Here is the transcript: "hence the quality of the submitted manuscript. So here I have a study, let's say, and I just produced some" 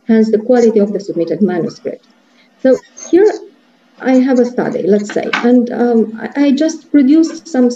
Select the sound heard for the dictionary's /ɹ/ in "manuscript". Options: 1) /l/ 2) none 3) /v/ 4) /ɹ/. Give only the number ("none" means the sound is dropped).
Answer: 4